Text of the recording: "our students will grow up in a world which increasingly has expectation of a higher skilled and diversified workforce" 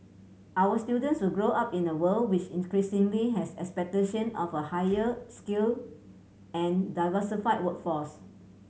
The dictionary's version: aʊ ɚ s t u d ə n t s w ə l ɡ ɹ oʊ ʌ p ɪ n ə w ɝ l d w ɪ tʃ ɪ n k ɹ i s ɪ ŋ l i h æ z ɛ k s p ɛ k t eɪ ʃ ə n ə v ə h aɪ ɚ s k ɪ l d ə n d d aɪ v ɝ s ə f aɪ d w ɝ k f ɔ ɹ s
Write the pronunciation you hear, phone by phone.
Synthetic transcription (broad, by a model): aʊ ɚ s t u d ə n t s w ə l ɡ ɹ oʊ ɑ p ɪ n ə w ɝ l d w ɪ tʃ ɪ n k ɹ i s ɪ ŋ l i h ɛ s ɛ k s p ɛ k t eɪ ʃ ə n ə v ə h aɪ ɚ s k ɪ l ə n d d aɪ v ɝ s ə f aɪ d w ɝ k f ɔ s